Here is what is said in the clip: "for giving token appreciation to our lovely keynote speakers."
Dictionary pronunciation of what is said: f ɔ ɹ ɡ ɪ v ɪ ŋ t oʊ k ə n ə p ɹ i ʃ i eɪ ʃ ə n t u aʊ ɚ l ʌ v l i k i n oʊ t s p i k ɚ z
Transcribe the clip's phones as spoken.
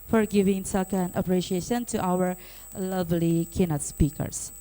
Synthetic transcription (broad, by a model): f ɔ ɹ ɡ ɪ v ɪ ŋ s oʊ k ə n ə p ɹ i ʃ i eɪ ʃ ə n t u aʊ ɚ l ʌ v l i k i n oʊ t s p i k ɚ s